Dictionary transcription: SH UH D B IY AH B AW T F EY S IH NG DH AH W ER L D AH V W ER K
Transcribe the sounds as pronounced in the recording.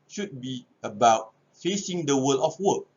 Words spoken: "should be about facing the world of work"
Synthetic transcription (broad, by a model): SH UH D B IY AH B AW T F EY S IH NG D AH W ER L AH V W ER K